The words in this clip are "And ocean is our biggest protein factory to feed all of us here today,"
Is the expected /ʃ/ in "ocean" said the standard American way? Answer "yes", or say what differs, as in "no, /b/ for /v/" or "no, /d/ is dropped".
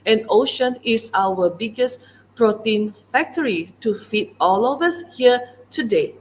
yes